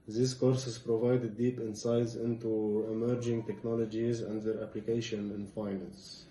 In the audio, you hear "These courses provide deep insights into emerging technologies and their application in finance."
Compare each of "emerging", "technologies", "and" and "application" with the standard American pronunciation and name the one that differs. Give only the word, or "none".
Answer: none